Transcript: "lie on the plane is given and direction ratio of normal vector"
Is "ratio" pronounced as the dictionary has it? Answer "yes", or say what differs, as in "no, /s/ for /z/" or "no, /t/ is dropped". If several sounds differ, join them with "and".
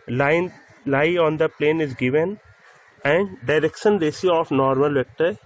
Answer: no, /s/ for /ʃ/